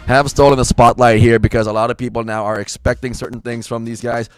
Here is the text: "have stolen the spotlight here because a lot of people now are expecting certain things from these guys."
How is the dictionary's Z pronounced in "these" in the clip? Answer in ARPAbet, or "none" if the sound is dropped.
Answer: Z